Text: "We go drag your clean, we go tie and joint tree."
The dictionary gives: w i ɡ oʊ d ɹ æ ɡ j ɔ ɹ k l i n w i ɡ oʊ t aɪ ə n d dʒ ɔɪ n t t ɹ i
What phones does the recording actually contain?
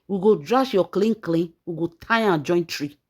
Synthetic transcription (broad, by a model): w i ɡ oʊ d ɹ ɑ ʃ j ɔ l k l i n w i ɡ oʊ t aɪ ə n dʒ ɔɪ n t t ɹ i